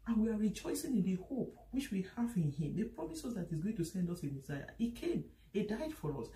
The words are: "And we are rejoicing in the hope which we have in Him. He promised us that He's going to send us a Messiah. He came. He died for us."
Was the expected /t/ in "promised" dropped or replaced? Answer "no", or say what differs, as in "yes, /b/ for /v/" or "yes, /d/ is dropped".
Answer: yes, /t/ is dropped